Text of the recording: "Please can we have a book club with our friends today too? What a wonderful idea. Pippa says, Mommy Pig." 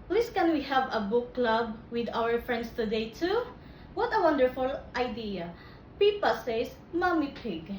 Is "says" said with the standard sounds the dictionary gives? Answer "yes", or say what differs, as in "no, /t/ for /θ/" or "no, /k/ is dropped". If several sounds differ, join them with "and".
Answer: no, /s/ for /z/